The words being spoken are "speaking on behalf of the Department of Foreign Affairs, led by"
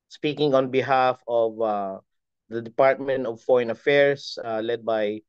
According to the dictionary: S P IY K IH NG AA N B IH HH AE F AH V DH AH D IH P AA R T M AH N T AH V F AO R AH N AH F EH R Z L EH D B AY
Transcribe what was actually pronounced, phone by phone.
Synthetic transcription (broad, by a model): S P IY K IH NG AA N B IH HH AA F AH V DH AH D IH P AA R T M AH N T AH V F AO R AH N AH F EH R S L EH D B AY